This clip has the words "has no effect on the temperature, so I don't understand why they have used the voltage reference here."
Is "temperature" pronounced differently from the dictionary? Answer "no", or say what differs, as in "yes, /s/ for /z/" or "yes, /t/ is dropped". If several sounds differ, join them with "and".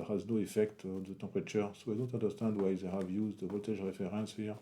yes, /m/ is dropped